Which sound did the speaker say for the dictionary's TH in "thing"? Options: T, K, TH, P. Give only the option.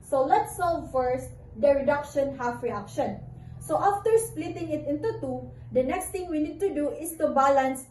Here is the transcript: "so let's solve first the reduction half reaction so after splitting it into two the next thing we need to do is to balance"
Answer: T